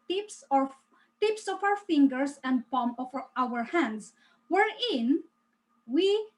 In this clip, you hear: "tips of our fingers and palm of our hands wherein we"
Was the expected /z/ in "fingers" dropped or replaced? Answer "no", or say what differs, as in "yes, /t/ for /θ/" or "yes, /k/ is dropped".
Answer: yes, /s/ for /z/